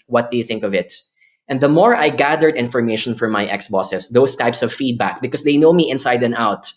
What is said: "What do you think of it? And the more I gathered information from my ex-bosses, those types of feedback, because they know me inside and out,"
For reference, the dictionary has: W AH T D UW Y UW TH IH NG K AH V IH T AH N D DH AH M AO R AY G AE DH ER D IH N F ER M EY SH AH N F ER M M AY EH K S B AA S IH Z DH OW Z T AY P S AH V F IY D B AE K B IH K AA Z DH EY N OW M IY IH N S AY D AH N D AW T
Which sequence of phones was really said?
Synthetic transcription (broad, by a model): W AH T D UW Y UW TH IH NG K AH V IH T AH N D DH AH M AO R AY G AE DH ER D IH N F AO M EY SH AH N F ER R M AY EH K S B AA S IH S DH OW S T AY P S AH V F IY D B AE K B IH K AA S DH EY N OW M IY IH N S AY D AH N AW T